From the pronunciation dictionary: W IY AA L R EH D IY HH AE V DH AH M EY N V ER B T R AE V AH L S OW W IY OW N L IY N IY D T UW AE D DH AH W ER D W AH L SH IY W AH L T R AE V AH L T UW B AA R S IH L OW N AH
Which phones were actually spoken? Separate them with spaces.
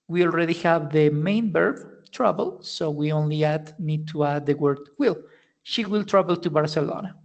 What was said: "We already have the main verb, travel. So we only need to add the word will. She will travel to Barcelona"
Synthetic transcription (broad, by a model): W IY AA L R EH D IY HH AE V DH AH M EY N B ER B T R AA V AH L S OW W IY OW N L IY N IY D T UW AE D DH AH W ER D W AH L SH IY W AH L T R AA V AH L T UW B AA R S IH L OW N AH